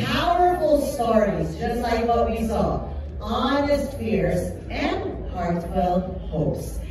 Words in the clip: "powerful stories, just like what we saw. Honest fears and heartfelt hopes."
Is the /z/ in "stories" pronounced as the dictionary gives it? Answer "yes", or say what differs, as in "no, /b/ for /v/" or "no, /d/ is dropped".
yes